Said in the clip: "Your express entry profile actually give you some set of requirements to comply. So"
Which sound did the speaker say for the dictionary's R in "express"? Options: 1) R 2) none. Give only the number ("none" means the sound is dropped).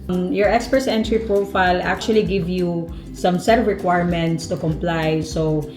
2